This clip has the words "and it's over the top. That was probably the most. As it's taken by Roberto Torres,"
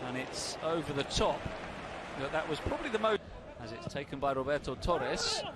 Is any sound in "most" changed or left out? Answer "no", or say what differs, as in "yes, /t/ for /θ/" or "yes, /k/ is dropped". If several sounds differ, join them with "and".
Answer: yes, /s/ is dropped